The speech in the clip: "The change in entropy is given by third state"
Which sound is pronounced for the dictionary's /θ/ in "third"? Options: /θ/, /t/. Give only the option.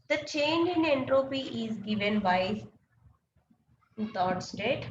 /t/